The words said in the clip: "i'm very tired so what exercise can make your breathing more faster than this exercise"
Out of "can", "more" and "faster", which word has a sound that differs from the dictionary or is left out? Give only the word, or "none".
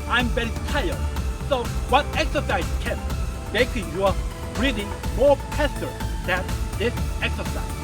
faster